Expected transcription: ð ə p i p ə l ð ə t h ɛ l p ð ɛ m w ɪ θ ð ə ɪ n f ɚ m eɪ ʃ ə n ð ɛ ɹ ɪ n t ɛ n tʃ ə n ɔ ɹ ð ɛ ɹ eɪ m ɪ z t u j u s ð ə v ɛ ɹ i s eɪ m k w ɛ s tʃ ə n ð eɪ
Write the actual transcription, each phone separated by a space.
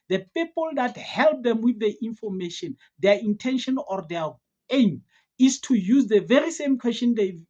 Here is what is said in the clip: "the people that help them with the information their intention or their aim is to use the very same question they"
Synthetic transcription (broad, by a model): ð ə p i p ə l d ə t h ɛ l p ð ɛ m w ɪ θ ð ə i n f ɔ m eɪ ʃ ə n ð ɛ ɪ n t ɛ n ʃ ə n ɔ ɹ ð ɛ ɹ eɪ m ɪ s t u j u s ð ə v ɛ ɹ i s eɪ m k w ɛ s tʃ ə n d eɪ